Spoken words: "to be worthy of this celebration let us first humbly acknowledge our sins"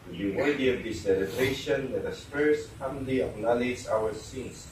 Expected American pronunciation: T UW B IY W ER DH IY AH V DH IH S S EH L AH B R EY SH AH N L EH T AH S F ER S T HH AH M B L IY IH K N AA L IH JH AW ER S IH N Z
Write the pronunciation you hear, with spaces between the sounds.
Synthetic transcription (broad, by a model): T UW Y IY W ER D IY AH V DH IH S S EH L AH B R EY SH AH N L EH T AH S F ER S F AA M L IY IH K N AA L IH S AW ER S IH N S